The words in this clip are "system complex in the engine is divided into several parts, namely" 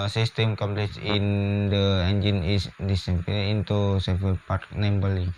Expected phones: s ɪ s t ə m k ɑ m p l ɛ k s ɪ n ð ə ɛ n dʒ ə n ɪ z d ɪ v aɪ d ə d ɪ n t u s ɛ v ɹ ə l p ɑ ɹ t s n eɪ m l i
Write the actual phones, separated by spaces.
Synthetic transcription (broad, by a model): s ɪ s t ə m k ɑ m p l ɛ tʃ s ɪ n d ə ɛ n dʒ ə n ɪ s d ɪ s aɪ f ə ɪ n t u s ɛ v ə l p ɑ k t n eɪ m l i